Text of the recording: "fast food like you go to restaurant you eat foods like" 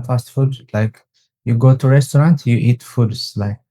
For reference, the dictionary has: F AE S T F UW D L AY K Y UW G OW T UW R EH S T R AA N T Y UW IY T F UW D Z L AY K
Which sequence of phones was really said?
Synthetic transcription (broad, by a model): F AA S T F UW D L AY K Y UW G OW T UW R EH S T R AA N T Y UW IY T F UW D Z L AY K